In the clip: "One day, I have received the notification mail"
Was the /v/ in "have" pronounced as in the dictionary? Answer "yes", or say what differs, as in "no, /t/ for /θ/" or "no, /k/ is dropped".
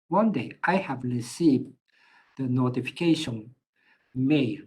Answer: yes